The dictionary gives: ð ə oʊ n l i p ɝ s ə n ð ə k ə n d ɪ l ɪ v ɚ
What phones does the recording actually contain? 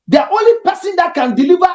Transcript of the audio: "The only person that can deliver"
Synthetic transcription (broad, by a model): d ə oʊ l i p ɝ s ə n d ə k ə n d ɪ l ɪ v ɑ